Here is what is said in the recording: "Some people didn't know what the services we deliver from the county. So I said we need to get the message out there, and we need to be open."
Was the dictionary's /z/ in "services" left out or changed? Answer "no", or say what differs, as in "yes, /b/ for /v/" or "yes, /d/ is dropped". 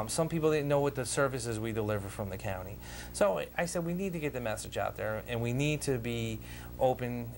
no